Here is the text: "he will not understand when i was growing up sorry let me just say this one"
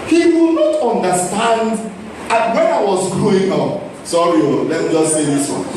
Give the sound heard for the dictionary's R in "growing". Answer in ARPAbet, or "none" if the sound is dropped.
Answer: none